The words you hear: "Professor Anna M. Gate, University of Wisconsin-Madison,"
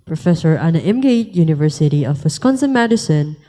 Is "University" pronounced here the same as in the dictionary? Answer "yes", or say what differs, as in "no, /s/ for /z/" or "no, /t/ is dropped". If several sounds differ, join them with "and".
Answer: yes